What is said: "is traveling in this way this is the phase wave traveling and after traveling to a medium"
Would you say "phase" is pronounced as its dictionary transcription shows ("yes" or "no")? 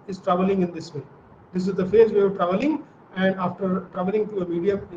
yes